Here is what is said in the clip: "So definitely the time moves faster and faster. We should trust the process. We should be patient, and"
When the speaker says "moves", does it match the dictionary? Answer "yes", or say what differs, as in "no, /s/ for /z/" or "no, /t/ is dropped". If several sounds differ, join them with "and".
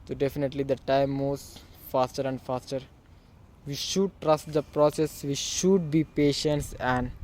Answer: no, /v/ is dropped